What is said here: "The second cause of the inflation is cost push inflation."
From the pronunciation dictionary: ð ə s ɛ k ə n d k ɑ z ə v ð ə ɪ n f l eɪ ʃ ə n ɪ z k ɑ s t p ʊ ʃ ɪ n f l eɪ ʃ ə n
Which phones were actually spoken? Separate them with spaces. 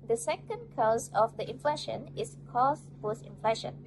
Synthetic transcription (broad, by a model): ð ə s ɛ k ə n d k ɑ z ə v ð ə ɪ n f l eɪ ʃ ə n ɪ s k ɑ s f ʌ s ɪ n f l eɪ ʃ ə n